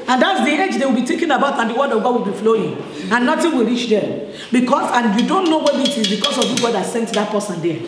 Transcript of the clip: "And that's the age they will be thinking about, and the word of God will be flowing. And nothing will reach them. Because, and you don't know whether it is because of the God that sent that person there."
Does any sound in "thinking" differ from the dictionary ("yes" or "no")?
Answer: yes